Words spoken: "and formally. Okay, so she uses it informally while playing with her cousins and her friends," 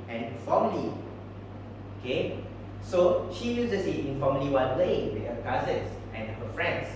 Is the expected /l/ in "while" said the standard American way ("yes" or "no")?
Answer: no